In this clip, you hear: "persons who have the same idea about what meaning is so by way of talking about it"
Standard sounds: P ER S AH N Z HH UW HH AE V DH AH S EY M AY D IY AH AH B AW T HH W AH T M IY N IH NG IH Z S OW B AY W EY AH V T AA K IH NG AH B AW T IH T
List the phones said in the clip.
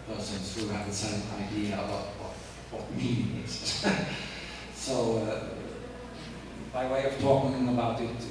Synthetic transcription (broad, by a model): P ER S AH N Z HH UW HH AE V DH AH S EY AY D IY AH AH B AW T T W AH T M IY N IH NG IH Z S OW B AY W EY AH V T AA K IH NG AH B AW T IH T